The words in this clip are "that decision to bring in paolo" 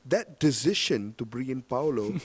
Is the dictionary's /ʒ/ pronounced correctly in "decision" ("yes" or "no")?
no